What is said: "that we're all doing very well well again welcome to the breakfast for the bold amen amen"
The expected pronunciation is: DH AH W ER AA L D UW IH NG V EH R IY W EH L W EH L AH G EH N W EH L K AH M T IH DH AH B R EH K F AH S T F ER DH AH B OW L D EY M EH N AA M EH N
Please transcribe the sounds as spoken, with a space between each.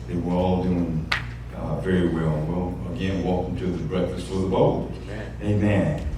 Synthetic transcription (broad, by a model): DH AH W ER AA L D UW IH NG V EH R IY W EH L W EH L AH G EH N W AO K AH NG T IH DH AH B R EH K F AH S T F ER DH AH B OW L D EY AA M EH N